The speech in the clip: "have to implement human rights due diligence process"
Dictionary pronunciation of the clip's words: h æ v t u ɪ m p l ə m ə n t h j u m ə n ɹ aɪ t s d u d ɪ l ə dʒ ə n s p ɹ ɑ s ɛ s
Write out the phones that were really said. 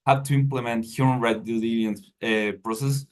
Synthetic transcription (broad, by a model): h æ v t u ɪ m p l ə m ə n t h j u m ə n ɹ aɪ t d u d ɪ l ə ə n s p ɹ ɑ s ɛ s